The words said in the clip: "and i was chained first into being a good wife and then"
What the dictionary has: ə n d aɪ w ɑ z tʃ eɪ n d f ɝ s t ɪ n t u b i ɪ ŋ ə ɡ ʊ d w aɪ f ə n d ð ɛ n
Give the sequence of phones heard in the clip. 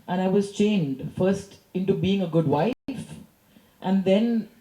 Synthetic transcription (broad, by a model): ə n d aɪ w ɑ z tʃ eɪ n d f ɝ s t ɪ n t u b i ɪ ŋ ə ɡ ʊ d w aɪ f ə n d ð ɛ n